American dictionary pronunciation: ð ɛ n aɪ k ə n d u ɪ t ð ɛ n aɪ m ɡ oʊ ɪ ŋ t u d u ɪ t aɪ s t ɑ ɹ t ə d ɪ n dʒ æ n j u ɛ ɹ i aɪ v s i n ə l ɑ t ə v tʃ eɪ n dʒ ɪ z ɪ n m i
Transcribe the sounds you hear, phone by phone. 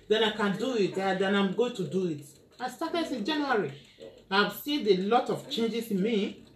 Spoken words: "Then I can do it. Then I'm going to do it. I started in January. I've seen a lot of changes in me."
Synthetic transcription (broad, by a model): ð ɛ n aɪ k ə n d u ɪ t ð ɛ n aɪ m ɡ oʊ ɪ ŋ t u d u ɪ t aɪ s t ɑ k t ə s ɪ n dʒ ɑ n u ɹ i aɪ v s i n ə l ɑ t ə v tʃ eɪ n dʒ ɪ s ɪ n m i